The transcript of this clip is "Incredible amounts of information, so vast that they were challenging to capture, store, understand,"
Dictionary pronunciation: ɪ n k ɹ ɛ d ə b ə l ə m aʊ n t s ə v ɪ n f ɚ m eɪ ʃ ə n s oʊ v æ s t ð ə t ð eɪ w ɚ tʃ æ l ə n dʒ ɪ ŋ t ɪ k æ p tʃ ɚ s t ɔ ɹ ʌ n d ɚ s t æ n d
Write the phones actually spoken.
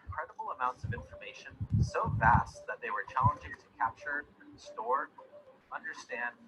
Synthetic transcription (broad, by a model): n k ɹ ɛ d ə b l ə m aʊ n t s ə v ɪ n f ɚ m eɪ ʃ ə n s oʊ v æ s t ð ə t ð eɪ w ɚ tʃ æ l ə n dʒ ɪ ŋ t ɪ k æ p tʃ ɚ s t ɔ ɹ ʌ n d ɚ s t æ n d